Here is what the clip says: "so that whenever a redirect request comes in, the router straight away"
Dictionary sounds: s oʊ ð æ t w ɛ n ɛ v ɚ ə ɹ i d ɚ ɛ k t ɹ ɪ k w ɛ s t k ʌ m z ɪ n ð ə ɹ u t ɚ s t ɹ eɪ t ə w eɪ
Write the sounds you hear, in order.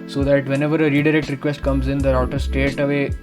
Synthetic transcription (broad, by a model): s oʊ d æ t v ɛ n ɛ v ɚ ə ɹ i d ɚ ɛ k t ɹ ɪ k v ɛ s t k ʌ m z ɪ n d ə ɹ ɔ t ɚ s t eɪ t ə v eɪ